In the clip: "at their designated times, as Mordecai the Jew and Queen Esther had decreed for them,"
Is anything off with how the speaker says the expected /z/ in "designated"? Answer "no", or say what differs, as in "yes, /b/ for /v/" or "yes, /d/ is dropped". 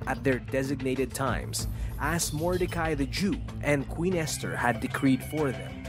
no